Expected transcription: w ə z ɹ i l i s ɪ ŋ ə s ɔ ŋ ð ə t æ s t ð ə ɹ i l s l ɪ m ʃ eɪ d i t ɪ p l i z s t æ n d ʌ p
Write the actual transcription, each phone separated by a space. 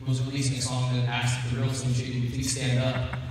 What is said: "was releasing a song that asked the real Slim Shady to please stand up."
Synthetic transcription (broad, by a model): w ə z ɹ i l i s ɪ ŋ ə s ɔ ŋ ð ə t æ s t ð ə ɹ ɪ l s ɪ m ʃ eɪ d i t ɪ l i s t æ n d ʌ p